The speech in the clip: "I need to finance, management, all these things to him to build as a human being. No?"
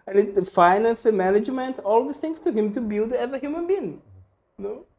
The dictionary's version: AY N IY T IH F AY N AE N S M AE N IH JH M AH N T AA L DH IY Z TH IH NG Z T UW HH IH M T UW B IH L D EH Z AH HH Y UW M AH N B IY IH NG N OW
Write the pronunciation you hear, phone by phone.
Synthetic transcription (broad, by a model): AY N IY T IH F AY N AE N S M AE N IH JH M AH N T AA L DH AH TH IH NG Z T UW HH IH M T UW B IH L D EH Z AH HH Y UW M AH N B IY IH NG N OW